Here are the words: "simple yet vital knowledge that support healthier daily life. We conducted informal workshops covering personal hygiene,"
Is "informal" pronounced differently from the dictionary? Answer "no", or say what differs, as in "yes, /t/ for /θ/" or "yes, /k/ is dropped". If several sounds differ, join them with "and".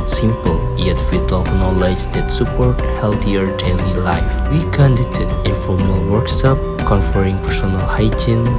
yes, /n/ is dropped